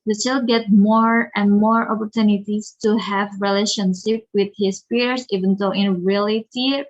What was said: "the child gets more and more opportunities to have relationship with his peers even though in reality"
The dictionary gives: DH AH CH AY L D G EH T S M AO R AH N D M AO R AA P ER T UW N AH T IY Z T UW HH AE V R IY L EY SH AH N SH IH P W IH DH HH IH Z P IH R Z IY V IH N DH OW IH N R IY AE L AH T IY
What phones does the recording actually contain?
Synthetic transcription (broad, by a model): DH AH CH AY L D G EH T M AO R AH N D M AO R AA P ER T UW N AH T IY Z T UW HH AE V R IY L EY SH AH N SH IH P W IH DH HH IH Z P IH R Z IY V IH N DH OW IH N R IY L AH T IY